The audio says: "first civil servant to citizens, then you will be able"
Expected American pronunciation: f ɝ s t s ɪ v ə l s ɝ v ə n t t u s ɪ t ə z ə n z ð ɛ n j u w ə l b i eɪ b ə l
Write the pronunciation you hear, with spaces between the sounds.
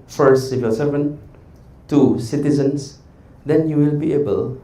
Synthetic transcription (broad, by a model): f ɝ s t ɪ f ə s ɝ v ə n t t u s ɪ t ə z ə n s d ɛ n j u w ə l b i eɪ b ə l